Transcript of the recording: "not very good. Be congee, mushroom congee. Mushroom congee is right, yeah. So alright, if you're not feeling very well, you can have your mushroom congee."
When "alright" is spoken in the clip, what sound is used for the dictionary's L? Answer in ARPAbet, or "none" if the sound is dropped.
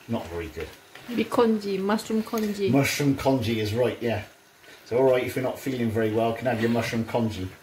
L